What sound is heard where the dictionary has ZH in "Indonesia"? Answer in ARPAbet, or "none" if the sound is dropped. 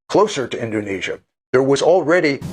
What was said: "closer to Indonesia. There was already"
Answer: ZH